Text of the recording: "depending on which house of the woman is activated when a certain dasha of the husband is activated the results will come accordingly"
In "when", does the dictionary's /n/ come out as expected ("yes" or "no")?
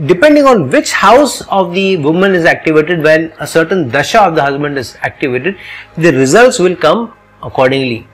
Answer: no